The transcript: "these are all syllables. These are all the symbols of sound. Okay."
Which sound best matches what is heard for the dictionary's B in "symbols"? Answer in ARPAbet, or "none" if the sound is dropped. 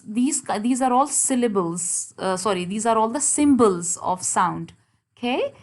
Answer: B